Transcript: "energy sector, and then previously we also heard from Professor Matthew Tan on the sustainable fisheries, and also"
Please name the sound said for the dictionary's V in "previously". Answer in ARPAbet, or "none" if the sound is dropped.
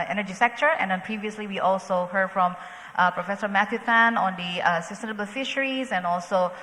V